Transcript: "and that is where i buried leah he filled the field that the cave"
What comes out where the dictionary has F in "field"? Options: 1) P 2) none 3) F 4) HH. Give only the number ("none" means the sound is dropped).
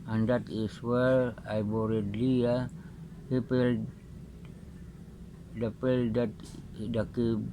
1